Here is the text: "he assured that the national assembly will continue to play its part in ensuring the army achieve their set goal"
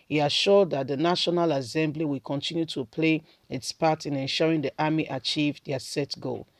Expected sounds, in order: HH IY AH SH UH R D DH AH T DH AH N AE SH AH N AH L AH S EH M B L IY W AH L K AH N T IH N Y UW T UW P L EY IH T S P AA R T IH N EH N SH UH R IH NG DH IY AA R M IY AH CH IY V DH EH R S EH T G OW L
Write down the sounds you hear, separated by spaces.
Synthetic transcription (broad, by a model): HH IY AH SH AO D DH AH T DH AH N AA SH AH N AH L AH S EH M B L IY W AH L K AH N T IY N Y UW T UW P L EY IH T S P AA T IH N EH N SH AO R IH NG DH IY AA M IY AH CH IY V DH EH S EH T G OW L